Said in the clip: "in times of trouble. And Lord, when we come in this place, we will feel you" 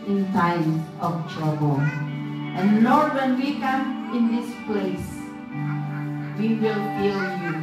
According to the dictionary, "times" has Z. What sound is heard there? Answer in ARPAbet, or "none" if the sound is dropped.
none